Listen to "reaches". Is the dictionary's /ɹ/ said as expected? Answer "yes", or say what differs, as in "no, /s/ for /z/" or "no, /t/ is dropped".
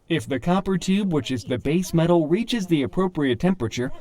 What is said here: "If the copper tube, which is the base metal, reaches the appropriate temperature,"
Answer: yes